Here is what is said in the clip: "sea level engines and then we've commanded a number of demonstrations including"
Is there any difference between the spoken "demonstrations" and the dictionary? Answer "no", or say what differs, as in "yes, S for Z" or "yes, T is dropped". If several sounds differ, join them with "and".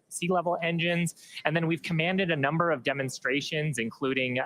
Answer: no